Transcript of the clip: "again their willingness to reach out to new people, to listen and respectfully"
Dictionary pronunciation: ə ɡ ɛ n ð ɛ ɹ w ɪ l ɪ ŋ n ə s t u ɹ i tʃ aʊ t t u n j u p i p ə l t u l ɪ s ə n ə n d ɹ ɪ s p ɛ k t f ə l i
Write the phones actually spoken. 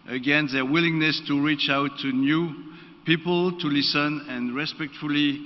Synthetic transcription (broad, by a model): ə ɡ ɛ n ð ɛ ɹ w ɪ l ɪ ŋ n ə s t u ɹ i tʃ aʊ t t u n j u p i p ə l t u l ɪ s ə n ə n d ɹ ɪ s p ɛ k t f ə l i